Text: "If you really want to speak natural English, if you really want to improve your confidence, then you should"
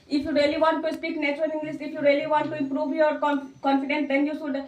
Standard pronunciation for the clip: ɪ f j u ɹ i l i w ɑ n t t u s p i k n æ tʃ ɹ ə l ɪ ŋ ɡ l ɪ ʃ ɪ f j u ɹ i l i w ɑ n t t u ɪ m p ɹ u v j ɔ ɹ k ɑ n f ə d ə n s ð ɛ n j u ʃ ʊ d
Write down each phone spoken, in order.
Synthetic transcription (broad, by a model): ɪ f j u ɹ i l i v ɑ n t t u s p i k n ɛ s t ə n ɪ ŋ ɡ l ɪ s ɪ f j u ɹ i l i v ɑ n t t u ɪ m p ɹ u v j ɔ ɹ k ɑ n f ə d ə n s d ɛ n j u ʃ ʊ d